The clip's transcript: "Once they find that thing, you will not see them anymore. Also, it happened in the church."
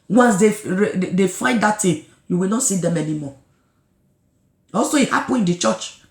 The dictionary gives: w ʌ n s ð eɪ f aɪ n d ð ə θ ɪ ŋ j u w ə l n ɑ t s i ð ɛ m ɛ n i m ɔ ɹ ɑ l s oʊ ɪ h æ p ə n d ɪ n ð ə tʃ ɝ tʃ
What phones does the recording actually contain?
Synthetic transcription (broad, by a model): w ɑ n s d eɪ f aɪ n d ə t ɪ j u w ə l n ɑ t s i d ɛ m ɛ n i m ɔ ɑ l s oʊ ɪ h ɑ p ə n ɪ n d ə tʃ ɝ tʃ